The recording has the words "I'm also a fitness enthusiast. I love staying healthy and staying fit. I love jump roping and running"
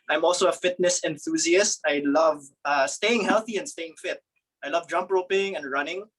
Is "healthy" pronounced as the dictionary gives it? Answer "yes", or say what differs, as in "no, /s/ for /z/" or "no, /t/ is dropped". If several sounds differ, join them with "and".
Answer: yes